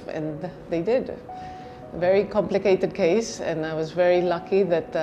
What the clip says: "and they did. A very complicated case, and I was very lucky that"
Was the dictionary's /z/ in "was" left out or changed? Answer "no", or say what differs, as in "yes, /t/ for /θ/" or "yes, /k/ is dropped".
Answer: no